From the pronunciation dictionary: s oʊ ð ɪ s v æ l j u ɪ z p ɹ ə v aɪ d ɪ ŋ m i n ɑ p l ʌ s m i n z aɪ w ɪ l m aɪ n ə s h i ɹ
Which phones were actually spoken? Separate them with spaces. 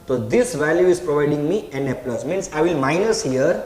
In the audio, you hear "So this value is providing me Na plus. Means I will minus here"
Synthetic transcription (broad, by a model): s oʊ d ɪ s v æ l j u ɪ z p ɹ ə v aɪ d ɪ ŋ m i n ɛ p l ʌ s m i n s aɪ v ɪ l m aɪ n ə s h i ɹ